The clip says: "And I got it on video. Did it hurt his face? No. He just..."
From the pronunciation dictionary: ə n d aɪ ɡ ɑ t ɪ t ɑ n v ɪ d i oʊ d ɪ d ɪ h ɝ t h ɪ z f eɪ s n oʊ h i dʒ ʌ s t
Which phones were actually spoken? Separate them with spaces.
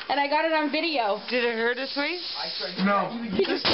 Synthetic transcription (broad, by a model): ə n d aɪ ɡ ɑ t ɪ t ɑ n v ɪ d i oʊ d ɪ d ɪ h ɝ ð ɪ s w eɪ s n oʊ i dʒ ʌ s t